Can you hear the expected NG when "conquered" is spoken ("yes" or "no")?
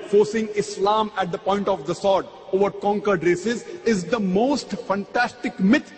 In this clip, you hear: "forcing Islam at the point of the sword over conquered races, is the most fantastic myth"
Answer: yes